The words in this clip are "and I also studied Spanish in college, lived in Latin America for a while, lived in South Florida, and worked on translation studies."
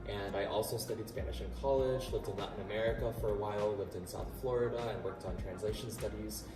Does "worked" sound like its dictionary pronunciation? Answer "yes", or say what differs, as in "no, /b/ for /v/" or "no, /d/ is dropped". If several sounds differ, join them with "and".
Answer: yes